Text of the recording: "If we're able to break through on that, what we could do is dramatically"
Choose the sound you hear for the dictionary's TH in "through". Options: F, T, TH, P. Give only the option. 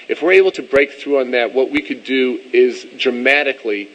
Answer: TH